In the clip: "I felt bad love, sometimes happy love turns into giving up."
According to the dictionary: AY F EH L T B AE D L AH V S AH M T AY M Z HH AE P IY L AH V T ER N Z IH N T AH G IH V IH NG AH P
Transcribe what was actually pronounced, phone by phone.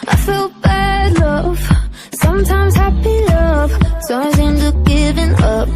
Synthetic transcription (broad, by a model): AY F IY L B AE D L AH V S AH M T AY M Z HH AE P IY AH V S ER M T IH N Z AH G IH V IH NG AH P